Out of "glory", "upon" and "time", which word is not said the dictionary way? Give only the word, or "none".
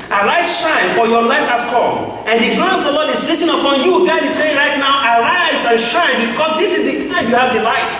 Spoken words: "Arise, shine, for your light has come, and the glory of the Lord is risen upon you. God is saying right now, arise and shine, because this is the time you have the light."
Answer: glory